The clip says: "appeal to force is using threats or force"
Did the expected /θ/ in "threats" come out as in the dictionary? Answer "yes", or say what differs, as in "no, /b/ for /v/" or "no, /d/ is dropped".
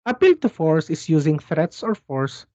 yes